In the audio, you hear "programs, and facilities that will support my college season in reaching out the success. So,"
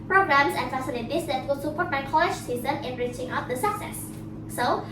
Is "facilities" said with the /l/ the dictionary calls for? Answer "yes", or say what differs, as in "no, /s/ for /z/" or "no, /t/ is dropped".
no, /n/ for /l/